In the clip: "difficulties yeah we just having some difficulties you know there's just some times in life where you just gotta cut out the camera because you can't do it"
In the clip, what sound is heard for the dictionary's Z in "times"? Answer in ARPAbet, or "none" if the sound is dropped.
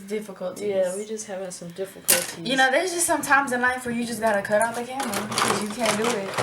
Z